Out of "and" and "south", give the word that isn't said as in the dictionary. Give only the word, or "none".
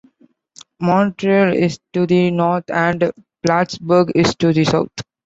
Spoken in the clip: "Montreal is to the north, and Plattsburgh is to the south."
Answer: south